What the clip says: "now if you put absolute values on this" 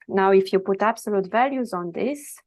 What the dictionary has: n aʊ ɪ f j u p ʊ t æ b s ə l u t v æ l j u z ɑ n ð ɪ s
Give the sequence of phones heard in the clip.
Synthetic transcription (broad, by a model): n aʊ ɪ f j u p ʊ t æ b s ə l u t v æ l j u z ɑ n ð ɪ s